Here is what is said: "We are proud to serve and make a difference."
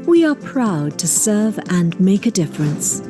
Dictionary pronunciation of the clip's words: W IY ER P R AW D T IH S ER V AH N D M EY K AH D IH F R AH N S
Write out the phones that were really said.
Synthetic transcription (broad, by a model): W IY ER P R AW D T IH S ER V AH N M EY K AH D IH F R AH N S